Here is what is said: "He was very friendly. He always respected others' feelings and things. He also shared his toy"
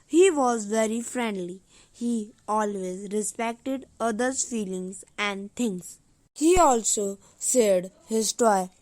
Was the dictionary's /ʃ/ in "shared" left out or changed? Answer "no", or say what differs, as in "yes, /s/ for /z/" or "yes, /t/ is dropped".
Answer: yes, /s/ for /ʃ/